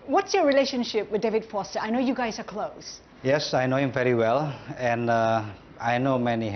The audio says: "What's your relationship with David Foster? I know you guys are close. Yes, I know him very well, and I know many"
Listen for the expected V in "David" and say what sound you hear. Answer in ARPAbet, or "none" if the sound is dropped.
V